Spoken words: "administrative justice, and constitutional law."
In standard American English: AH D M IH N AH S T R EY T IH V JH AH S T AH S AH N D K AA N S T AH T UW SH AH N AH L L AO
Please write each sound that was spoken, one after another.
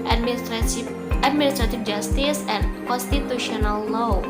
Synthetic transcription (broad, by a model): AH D M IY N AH S T R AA T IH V JH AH S T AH S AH N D K AA N S T AH T UW SH AH N AH L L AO